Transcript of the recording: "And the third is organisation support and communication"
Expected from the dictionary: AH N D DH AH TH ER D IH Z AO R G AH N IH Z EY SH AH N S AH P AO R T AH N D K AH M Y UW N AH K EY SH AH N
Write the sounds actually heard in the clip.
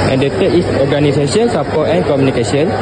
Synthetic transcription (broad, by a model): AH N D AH T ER IH S AO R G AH N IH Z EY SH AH N S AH P AO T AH N K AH M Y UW N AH K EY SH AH N